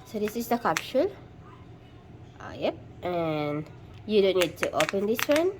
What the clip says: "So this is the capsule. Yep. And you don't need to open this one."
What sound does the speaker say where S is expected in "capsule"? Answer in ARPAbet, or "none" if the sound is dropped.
SH